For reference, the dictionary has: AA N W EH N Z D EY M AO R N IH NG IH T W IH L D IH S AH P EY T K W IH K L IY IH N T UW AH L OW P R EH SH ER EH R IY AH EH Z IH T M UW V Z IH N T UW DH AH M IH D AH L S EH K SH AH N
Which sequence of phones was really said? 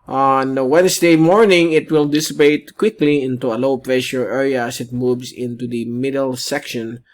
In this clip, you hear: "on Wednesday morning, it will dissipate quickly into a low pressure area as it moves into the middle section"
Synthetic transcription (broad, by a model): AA N W EH N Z D EY M AO R N IH NG IH T W IH L D IH S AH P EY T K W IH K L IY IH N T UW AH L OW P R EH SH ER EH R IY AH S IH T M UW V S IH N T UW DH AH M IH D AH L S EH K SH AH N